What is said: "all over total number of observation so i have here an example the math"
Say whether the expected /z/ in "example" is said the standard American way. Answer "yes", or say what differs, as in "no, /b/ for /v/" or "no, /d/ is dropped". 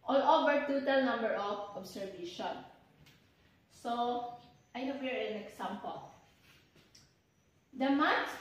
no, /s/ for /z/